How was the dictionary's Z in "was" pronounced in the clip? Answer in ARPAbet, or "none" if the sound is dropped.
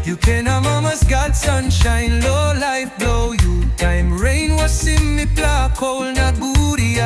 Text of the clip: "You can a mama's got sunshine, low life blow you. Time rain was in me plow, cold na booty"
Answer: S